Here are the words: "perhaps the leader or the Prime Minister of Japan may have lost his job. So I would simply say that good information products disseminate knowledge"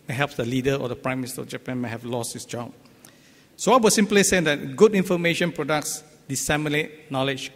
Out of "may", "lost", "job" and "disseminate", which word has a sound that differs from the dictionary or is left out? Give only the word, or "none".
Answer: none